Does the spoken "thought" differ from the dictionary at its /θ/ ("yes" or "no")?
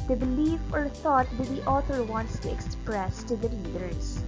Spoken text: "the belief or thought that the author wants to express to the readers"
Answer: yes